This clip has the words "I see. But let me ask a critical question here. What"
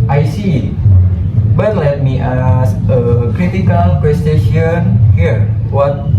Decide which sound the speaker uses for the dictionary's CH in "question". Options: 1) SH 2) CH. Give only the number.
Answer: 1